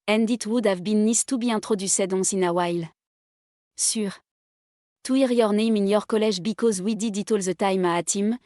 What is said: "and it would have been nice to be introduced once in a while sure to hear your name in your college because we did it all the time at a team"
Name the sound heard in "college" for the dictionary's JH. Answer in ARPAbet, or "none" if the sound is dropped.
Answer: ZH